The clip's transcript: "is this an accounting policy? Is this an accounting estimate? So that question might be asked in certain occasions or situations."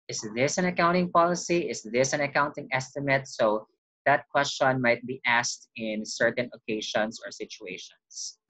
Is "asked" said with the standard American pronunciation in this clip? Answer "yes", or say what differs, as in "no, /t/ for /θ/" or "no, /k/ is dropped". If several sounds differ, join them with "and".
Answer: yes